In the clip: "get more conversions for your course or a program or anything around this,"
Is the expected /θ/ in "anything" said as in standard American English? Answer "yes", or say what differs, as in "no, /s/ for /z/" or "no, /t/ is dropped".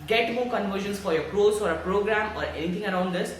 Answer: no, /t/ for /θ/